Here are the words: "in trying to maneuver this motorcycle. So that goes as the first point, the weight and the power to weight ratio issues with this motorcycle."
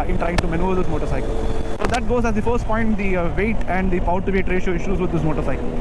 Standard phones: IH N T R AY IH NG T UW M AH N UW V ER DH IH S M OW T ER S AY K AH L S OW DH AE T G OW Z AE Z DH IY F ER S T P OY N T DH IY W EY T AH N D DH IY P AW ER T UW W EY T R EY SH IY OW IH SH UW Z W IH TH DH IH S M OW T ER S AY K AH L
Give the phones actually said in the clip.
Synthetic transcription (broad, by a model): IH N T R AY IH NG T UW M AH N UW ER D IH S M OW T ER S AY K AH L S OW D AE T G OW Z AE Z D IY F ER S T P OY N T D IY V EY T AH N D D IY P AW T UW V EY T R EY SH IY OW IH SH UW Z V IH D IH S M OW T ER S AY K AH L